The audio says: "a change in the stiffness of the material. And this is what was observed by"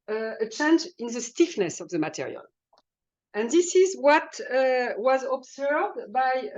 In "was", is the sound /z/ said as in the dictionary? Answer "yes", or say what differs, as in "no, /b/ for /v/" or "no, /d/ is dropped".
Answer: yes